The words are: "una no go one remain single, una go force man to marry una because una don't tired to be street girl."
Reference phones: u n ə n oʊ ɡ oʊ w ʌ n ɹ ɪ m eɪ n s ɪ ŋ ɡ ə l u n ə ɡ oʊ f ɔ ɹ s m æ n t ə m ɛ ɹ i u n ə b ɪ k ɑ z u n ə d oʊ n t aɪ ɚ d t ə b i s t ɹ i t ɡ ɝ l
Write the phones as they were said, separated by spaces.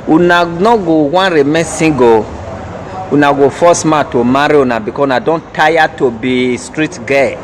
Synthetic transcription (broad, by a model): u n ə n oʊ ɡ oʊ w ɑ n ɹ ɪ m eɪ s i ɡ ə u n ə ɡ oʊ f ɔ s m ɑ t ə m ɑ ɹ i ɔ n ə b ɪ k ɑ u n ə d oʊ n t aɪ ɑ t ə b i s t ɹ i t ɡ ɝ